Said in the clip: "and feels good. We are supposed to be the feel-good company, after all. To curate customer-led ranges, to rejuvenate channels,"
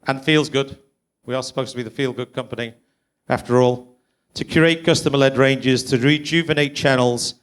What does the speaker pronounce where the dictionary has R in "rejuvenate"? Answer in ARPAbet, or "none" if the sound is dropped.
R